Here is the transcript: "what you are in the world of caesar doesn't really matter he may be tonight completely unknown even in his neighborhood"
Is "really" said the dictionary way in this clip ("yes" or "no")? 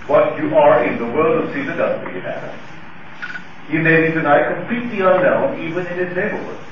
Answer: no